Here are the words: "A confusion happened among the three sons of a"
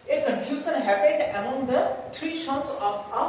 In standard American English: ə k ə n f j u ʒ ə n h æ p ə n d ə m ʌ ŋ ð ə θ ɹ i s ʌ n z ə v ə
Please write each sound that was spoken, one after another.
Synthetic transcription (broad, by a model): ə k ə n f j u s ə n h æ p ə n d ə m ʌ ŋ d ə t ɹ i ʃ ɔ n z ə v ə